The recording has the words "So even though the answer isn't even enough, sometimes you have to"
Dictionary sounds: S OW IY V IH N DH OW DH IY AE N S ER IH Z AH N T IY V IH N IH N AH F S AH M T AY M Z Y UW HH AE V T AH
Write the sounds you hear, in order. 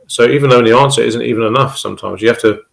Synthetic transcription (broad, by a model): S OW IY V IH N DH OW DH IY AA N S ER IH Z AH N T IY V IH N IH N AH F S AH M T AY M Z Y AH HH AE F T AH